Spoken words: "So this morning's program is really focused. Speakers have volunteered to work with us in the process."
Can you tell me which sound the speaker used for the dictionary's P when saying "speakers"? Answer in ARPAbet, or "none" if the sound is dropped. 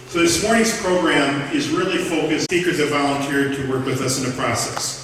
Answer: none